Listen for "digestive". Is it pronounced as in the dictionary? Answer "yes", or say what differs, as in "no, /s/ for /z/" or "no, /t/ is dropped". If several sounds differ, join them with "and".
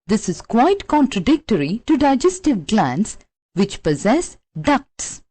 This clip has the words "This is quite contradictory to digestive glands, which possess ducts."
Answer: yes